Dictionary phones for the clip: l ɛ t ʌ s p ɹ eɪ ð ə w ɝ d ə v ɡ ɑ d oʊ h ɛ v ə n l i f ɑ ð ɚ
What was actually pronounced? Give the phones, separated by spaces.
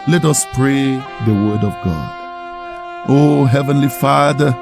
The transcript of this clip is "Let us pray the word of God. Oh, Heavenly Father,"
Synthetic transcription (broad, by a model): l ɛ t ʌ s p ɹ eɪ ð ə w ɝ d ə v ɡ ɑ d oʊ h ɛ v ə n l i f ɑ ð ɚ